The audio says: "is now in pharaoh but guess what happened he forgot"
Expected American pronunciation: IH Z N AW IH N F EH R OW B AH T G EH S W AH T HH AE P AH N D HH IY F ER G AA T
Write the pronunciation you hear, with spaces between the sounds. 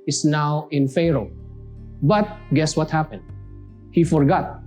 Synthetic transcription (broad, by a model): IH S N AW IH N F EH R OW B AH T G EH S W AH T HH AE P AH N D HH IY F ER G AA T